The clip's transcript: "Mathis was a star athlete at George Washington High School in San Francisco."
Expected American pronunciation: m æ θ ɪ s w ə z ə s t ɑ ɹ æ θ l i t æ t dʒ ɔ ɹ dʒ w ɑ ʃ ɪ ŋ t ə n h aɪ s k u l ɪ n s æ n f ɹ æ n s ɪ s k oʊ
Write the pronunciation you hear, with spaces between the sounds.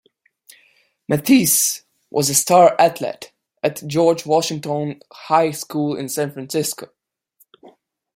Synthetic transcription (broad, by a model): m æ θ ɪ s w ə z ə s t ɑ ɹ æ t l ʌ t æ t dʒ ɔ ɹ dʒ w ɑ ʃ ɪ ŋ t ə n h aɪ s k u l ɪ n s æ n f ɹ æ n s ɪ s k oʊ